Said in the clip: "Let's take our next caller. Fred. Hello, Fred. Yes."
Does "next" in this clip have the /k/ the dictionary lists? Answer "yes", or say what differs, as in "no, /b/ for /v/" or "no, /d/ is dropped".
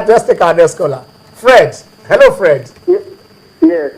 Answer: no, /k/ is dropped